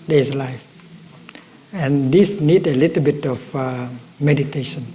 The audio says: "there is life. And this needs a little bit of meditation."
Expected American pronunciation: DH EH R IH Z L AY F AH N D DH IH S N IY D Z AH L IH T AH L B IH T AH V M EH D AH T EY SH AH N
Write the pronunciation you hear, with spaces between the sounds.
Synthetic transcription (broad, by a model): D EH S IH L AY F AH N D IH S N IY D AH L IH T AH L B IH T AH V M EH D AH T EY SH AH N